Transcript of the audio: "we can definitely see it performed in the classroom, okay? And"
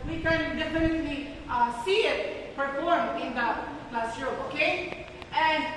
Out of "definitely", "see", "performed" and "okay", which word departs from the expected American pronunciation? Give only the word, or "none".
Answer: performed